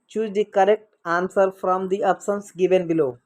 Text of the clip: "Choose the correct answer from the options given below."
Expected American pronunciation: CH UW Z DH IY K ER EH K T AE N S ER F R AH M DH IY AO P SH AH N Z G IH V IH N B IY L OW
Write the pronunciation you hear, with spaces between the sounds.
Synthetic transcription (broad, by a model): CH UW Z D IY K ER EH K T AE N S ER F R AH M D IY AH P S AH N S G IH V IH N B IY L OW